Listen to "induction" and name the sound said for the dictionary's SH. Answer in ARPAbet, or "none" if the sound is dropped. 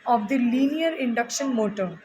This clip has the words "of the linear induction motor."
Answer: SH